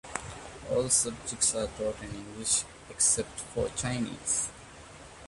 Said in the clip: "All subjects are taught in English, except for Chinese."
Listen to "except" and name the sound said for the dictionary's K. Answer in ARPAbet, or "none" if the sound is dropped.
K